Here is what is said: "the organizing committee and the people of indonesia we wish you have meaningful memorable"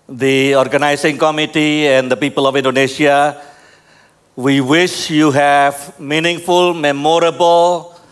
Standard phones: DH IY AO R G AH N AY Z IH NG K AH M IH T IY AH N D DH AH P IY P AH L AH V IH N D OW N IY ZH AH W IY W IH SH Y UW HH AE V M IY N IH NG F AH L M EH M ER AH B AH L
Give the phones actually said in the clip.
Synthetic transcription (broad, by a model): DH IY AO R G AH N AY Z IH NG K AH M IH T IY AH N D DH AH P IY P AH L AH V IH N D OW N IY SH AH W IY W IH SH Y UW HH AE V M IY N IH NG F AH L M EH M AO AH B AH L